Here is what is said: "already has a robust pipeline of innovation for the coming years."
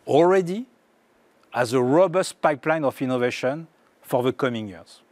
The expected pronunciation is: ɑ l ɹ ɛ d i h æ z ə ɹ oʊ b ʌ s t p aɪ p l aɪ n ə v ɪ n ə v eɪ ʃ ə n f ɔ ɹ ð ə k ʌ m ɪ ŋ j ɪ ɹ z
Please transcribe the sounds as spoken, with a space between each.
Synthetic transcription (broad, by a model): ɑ l ɹ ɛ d i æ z ə ɹ oʊ b ʌ s t p aɪ p l aɪ n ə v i n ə v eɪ ʃ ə n f ɔ ɹ ð ə k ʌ m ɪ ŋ j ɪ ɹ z